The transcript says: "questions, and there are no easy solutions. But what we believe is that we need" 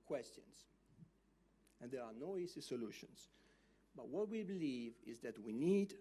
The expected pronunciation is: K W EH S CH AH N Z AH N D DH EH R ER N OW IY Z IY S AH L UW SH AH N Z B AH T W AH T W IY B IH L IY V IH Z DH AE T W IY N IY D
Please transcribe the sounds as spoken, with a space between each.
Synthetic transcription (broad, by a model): K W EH S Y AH N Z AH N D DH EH R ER N OW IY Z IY S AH L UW SH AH N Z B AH T W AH T W IY B IH L IY V IH Z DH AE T W IY N IY D